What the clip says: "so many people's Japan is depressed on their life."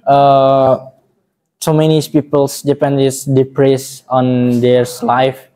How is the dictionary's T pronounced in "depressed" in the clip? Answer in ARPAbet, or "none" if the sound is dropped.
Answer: none